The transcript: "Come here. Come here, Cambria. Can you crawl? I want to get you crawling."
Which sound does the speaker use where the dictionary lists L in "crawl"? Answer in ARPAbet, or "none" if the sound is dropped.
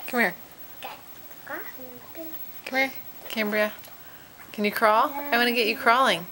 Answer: L